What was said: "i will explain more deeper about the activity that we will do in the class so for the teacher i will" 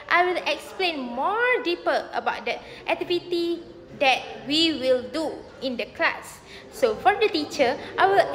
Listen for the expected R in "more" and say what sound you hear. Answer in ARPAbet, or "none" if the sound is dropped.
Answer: R